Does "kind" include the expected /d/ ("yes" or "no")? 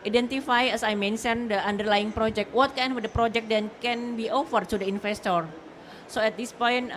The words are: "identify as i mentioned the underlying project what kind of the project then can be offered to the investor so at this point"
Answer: no